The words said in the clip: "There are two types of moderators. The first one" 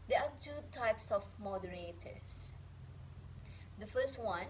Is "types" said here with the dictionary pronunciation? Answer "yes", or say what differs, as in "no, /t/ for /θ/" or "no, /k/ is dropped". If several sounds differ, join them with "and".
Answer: yes